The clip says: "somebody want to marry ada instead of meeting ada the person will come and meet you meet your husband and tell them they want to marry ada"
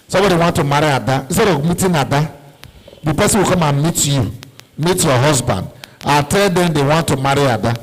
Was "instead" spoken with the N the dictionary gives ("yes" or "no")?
no